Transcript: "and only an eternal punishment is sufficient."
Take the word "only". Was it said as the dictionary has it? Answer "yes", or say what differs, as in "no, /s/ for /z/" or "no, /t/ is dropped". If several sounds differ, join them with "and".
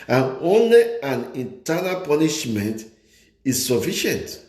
yes